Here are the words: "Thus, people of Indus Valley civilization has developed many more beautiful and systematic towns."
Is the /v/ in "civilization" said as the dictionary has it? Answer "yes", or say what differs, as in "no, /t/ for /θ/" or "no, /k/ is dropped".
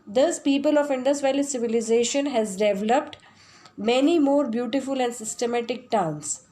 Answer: yes